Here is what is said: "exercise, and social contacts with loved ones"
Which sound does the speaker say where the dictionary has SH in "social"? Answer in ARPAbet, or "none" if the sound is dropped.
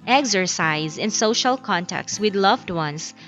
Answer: SH